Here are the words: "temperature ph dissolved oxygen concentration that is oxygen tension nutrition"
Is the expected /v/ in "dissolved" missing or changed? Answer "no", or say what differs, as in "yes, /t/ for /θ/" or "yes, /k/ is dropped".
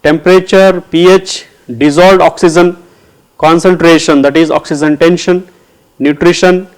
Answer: yes, /v/ is dropped